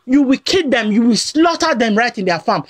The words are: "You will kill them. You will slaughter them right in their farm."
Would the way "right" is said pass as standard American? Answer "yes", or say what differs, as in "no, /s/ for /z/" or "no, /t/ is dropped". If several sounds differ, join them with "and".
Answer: yes